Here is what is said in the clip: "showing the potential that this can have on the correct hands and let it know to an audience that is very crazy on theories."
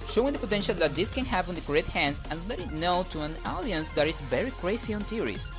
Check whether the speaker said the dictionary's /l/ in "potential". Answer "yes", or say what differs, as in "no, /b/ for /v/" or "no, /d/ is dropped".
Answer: yes